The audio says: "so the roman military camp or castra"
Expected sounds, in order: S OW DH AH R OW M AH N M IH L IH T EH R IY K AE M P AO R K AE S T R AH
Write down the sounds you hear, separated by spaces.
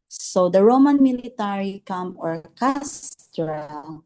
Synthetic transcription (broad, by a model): S OW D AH R OW M AH N M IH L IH T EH R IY K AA M AO R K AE S T R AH